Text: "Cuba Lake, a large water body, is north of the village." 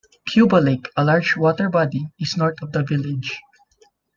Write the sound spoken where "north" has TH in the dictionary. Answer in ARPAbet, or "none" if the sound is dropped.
T